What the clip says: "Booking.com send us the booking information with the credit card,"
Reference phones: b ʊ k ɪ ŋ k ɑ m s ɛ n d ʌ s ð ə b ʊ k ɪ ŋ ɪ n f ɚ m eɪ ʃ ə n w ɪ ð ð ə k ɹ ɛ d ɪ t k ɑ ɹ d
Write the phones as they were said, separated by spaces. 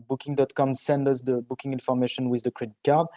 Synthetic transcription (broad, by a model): b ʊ k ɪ ŋ k ɑ m s ɛ n d ʌ s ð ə b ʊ k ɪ ŋ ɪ n f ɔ m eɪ ʃ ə n w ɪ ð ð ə k ɹ ɛ d ɪ t k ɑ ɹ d